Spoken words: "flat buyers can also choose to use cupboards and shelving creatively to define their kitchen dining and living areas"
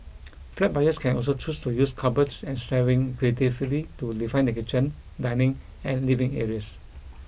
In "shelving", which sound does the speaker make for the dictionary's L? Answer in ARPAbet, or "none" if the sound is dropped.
none